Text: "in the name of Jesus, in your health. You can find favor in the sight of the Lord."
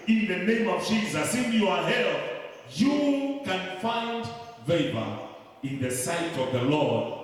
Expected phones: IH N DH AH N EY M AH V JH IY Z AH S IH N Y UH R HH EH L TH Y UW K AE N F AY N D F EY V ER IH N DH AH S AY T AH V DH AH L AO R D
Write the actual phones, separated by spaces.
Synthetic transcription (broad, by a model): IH N DH AH N EY M AH V JH IY Z AH S IH N Y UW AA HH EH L Y UW K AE N F AY N D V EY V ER IH N DH AH S AY T AH V DH AH L AO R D